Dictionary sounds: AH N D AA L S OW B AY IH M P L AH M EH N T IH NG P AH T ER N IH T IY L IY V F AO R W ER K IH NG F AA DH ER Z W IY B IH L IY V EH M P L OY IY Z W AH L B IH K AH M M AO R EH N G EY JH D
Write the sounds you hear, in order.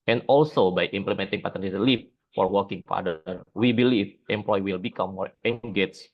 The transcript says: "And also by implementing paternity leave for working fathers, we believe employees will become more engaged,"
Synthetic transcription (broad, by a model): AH N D AA L S OW B AY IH M P L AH M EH N T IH NG P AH T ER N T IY L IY F F AO R W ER K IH NG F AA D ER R W IY B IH L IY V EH M P L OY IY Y W AH L B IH K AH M M AO R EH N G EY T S